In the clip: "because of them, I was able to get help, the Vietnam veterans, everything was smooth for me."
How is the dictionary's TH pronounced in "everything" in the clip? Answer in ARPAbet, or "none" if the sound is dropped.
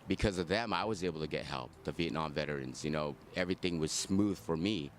TH